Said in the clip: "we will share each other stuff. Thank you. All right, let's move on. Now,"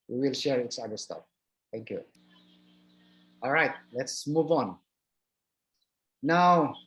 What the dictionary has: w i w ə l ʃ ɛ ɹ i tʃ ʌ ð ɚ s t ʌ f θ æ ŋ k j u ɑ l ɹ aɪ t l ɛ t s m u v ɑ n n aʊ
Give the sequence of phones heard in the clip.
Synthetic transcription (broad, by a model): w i w ə l ʃ ɛ ɹ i s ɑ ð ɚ s t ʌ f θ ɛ ŋ k j u ɑ l ɹ aɪ t l ɛ t s m u v ɑ n n aʊ